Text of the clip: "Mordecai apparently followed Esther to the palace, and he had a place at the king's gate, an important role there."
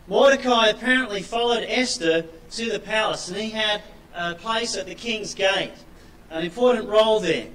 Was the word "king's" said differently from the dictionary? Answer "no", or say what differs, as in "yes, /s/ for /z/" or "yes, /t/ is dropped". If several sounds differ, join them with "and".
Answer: no